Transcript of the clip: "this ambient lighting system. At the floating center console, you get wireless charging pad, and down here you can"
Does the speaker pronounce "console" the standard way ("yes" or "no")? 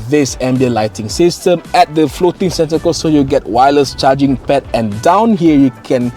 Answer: no